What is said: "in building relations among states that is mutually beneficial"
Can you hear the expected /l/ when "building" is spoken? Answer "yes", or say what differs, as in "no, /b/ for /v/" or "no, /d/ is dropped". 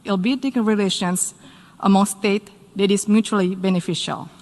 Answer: no, /l/ is dropped